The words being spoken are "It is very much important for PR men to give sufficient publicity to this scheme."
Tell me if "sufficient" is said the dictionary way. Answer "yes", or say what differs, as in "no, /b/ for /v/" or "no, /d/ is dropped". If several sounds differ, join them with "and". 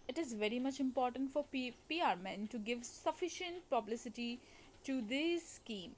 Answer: yes